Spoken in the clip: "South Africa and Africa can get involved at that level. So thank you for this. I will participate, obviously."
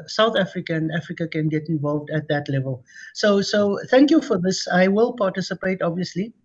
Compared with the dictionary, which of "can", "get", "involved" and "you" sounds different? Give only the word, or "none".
none